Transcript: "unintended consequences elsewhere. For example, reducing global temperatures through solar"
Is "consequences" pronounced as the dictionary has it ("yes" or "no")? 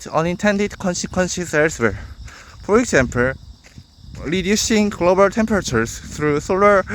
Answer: no